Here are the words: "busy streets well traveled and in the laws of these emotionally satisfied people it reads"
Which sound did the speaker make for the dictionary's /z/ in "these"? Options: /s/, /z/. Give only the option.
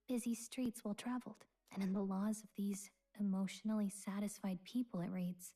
/z/